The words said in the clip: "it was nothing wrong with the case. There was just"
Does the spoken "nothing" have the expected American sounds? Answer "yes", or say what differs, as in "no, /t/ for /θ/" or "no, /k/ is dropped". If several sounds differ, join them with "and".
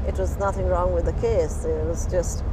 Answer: yes